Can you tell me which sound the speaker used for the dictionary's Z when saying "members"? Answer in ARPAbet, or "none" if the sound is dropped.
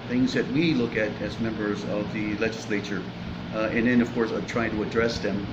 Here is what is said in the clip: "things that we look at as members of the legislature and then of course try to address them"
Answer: Z